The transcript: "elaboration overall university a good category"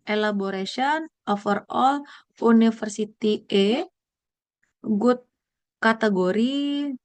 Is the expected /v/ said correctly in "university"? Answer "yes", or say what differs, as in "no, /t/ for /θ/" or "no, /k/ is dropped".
no, /f/ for /v/